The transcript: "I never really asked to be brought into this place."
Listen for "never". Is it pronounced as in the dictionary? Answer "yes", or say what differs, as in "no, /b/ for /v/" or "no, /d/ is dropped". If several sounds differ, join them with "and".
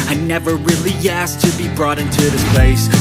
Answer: yes